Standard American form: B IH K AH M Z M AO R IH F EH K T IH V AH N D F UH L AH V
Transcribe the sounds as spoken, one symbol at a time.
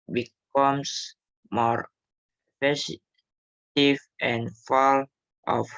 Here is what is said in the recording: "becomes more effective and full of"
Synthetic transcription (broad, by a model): B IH K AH M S M AO R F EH T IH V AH N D F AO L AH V